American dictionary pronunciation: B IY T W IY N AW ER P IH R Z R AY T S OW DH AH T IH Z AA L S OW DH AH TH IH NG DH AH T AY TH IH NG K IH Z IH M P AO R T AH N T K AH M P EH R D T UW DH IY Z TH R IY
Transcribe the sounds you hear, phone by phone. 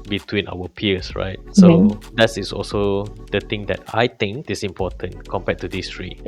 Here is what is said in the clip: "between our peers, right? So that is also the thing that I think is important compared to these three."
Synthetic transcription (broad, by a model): B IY T W IY N AW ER P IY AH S R AY T S OW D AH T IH S AA L S OW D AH T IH NG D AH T AY T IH NG K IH S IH M P AO T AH N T K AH M P EH T UW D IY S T R IY